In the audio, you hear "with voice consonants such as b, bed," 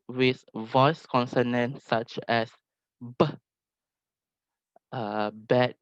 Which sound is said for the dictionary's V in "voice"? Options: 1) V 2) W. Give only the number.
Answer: 1